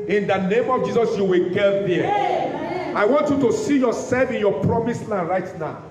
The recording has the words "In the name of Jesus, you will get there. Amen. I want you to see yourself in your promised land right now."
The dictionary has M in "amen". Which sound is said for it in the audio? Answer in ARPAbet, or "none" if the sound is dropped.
none